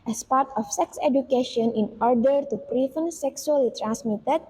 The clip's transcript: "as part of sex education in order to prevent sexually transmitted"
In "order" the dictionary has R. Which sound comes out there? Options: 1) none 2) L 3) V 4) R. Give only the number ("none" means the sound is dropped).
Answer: 4